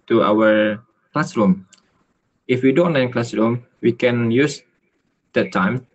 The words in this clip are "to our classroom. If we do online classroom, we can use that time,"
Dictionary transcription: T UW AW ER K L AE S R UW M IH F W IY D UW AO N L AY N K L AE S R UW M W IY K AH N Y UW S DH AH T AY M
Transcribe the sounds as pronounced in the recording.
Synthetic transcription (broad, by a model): T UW AW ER K L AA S R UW M IH F W IY D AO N AY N K L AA S R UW M W IY K AH N Y UW S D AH T AY M